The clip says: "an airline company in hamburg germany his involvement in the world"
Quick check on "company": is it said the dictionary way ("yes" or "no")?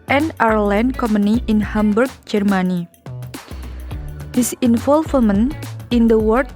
no